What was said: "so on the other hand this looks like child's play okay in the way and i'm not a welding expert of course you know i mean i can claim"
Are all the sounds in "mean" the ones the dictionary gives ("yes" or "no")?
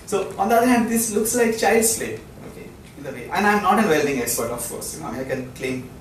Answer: no